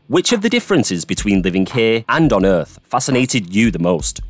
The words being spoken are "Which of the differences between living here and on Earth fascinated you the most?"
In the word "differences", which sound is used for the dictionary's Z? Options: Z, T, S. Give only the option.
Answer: Z